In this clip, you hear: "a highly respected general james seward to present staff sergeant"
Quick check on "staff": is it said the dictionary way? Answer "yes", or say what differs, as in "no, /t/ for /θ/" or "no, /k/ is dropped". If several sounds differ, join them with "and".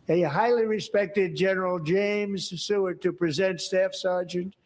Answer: yes